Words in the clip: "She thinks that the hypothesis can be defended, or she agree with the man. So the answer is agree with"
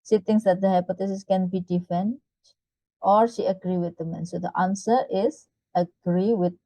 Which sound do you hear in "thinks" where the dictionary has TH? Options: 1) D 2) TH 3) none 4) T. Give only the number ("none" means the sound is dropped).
4